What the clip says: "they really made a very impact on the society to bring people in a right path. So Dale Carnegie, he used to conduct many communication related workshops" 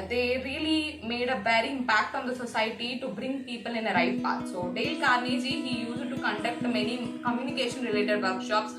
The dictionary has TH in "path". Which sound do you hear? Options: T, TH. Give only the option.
T